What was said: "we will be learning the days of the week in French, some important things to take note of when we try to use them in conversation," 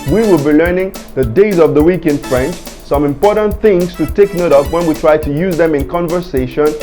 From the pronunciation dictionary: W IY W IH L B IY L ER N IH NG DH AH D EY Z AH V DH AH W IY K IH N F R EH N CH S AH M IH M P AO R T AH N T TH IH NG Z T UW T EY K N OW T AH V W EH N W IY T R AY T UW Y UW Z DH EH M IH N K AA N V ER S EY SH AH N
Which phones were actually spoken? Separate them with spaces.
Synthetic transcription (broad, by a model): W IY W IH L B IY L ER N IH NG DH AH D EY Z AH V DH AH W IY K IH N F R EH N CH S AH M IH M P AO R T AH N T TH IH NG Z T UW T EY K N OW T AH P W EH N W IY T R AY T UW Y UW Z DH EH M IH N K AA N V ER S EY SH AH N